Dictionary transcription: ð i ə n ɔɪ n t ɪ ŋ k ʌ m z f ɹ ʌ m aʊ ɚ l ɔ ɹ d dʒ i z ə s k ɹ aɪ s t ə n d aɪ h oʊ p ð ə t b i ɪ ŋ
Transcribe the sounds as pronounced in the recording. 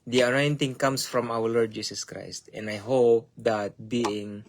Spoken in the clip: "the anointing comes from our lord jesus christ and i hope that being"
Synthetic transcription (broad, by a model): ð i ə n ɔɪ n t ɪ ŋ k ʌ m s f ɹ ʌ m aʊ ɚ l ɔ ɹ d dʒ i s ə s k ɹ aɪ s t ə n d aɪ h oʊ p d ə t b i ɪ ŋ